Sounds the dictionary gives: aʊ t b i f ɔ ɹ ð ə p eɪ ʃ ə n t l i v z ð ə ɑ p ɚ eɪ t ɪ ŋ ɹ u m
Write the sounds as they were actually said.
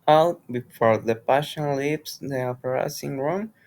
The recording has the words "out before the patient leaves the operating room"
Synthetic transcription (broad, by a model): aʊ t b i f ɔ ɹ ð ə p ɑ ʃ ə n l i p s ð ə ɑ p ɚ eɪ s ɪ ŋ ɹ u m